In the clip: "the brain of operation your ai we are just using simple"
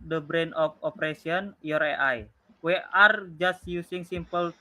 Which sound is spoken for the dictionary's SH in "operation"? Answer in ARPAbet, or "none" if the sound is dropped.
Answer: S